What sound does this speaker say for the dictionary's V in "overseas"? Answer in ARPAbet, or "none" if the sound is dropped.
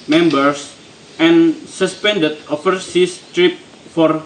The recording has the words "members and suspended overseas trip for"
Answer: F